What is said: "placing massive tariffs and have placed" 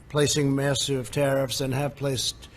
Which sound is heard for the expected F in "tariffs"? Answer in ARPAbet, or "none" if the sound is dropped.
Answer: F